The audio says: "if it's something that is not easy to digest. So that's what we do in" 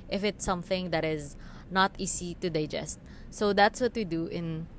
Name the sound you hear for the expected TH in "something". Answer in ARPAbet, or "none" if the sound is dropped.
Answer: TH